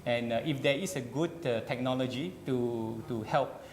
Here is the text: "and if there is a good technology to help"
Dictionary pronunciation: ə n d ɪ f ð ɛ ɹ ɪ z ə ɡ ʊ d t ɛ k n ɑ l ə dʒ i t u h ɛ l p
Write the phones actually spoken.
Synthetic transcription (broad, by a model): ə n ɪ f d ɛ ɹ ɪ s ə ɡ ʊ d t ɛ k n ɑ l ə dʒ i t u h ɛ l p